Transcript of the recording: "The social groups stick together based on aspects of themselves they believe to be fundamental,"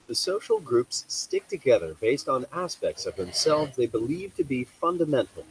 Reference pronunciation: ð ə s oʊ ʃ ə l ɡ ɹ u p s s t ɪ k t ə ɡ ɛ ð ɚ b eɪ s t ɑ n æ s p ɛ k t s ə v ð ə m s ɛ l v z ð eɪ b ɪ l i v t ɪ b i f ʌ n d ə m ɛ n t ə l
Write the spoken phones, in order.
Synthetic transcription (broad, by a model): ð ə s oʊ ʃ l ɡ ɹ u p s s t ɪ k t ə ɡ ɛ ð ɚ b eɪ s t n æ s p ɛ k t s ə v ð ə m s ɛ l v z ð eɪ b ɪ l i v t ɪ b i f ʌ n d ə m ɛ n t l